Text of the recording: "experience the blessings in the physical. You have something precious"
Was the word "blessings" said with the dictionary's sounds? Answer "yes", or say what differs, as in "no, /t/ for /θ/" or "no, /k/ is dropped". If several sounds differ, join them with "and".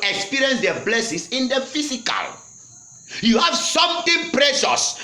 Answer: no, /s/ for /z/